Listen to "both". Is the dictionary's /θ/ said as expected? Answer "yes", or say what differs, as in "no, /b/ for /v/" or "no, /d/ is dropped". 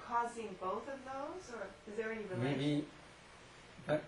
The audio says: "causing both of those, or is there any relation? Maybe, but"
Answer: yes